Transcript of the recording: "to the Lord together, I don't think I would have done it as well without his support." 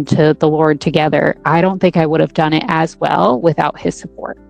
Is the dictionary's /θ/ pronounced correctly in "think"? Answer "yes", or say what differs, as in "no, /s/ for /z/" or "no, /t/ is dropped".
yes